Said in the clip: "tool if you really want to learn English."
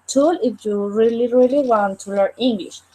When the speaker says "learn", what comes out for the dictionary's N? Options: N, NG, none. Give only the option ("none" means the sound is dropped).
none